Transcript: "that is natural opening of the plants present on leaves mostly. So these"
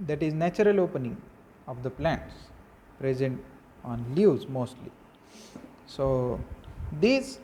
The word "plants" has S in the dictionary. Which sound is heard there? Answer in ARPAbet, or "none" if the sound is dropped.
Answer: S